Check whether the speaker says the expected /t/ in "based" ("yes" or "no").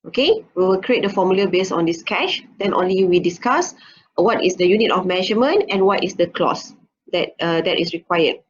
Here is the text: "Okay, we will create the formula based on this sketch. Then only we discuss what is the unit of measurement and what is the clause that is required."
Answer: no